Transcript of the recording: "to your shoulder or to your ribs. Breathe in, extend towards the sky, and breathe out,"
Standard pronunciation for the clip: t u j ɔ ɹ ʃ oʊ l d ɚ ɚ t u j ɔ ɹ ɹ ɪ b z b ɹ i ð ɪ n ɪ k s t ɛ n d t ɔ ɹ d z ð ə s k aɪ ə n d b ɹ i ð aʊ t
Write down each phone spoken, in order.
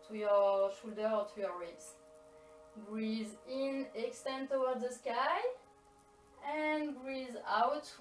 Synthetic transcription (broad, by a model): t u j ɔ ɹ ʃ oʊ l d ɚ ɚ t u j ɔ ɹ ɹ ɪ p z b ɹ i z ɪ n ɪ k s t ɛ n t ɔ w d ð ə s k aɪ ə n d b ɹ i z aʊ t